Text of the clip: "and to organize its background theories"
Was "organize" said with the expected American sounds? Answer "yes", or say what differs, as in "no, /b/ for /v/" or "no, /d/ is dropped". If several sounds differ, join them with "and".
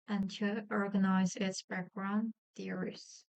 yes